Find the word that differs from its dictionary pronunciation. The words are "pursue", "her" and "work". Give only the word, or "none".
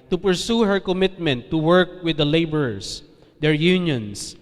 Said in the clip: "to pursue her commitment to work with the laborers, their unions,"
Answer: none